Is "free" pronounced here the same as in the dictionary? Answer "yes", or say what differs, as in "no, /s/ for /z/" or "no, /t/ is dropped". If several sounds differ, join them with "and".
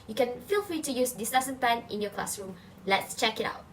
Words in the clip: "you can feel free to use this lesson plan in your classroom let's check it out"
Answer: yes